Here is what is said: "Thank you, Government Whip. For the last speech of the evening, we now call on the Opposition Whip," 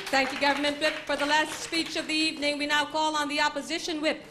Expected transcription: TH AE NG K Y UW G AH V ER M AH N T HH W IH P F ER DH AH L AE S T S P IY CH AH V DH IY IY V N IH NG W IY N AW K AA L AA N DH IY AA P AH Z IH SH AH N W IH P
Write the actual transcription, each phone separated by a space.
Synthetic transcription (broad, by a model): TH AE NG K Y UW G AH V ER M AH N T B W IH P F ER DH AH L AE S T S P IY CH AH V DH IY IY V N IH NG W IY N AW K AA L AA N DH IY AA P AH Z IH SH AH N W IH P